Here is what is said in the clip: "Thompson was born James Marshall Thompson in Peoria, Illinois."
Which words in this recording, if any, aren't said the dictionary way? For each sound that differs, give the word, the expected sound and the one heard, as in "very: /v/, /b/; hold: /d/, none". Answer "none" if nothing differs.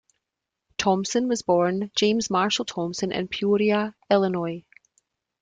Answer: none